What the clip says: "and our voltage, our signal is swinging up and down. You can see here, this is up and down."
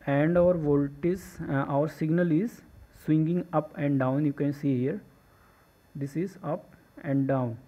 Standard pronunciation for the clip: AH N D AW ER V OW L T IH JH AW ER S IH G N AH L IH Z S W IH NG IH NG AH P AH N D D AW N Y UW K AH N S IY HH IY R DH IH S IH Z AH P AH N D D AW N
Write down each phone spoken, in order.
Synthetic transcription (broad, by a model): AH N D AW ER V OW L T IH Z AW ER S IH G N AH L IH Z S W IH NG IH NG AH P AH N D D AW N Y UW K AH N S IY HH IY R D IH S IH Z AH P AH N D D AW N